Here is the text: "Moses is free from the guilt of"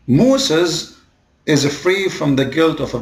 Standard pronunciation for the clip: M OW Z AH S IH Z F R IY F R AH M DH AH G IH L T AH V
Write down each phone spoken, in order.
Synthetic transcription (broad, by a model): M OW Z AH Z IH Z F R IY F R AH M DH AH G IH L T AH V